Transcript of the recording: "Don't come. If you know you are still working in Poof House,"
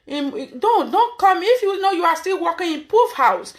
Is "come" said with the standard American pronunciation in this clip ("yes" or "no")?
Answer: yes